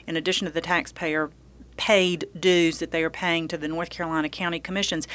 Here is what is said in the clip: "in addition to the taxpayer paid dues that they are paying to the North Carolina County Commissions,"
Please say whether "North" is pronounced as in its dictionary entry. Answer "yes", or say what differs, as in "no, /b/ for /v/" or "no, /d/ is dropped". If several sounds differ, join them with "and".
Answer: yes